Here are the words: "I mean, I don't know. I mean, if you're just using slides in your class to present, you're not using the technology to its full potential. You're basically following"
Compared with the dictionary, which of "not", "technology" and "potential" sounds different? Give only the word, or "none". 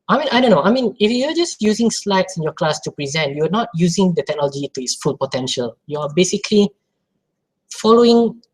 none